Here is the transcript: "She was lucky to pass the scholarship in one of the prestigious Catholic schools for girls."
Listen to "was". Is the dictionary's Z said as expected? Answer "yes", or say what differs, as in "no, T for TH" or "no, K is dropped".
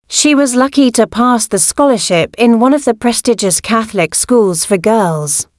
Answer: yes